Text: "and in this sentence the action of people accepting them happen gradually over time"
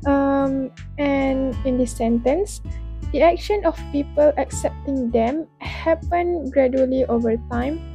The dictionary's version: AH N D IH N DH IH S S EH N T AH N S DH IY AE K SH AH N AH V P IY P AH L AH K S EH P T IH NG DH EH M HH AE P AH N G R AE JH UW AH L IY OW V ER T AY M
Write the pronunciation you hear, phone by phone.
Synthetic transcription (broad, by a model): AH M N IH N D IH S S EH N T AH N S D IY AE K SH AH N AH F P IY P AH L AH K S EH P T IH NG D EH M HH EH P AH N G R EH JH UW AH L IY OW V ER T AY M